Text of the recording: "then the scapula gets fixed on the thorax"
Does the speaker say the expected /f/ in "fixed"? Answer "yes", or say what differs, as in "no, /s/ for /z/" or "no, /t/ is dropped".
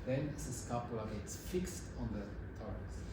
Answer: yes